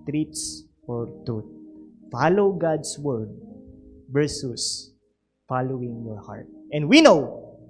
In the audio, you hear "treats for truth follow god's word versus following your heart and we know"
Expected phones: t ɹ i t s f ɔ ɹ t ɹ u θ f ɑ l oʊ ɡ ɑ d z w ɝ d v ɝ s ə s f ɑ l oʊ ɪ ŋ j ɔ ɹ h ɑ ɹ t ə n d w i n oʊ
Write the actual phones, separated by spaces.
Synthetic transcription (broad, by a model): t ɹ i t s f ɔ ɹ t u t f ɑ l oʊ ɡ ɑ d s w ɝ d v ɝ s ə s f ɑ l oʊ ɪ ŋ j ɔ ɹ h ɑ ɹ t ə n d w i n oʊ